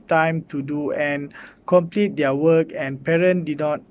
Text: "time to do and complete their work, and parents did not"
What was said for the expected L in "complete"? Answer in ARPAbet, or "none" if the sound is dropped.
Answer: L